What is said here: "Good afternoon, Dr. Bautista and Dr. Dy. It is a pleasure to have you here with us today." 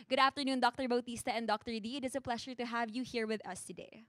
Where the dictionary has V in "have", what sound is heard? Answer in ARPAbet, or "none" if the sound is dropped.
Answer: V